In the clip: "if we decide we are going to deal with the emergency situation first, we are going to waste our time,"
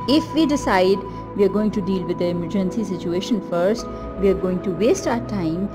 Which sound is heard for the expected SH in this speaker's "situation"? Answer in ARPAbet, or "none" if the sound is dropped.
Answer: SH